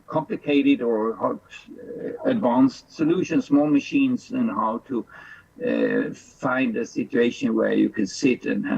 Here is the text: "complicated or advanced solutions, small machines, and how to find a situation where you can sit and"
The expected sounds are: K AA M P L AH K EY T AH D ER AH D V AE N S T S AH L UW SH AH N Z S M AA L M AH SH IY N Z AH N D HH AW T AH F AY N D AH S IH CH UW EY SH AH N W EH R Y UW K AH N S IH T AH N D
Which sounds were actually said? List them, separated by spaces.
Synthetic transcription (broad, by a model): K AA M P L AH K EY T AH D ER AH D V AE N S T S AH L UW SH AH N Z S M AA L M AH SH IY N Z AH N HH AW T AH F AY N D AH S IH CH UW EY SH AH N W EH R Y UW K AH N S IH T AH N